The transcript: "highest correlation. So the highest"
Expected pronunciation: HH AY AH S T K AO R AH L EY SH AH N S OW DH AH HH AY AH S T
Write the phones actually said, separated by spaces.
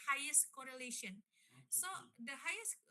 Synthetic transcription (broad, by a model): HH AY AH S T K AO R AH L EY SH AH N S OW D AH HH AY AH S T